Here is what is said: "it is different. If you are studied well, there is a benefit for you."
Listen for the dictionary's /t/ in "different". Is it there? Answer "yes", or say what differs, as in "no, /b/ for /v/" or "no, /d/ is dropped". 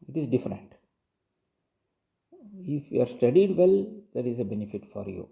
yes